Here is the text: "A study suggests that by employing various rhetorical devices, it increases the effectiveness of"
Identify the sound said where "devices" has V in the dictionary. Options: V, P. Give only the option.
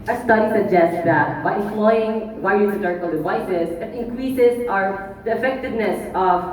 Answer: V